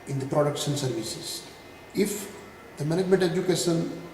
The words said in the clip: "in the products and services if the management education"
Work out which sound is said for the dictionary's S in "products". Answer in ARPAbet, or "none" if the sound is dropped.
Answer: SH